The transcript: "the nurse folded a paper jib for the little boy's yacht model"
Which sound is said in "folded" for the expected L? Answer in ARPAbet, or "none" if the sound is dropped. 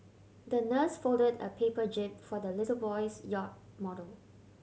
L